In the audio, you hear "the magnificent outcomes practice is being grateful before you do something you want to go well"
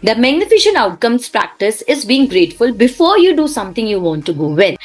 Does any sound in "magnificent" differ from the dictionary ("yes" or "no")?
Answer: yes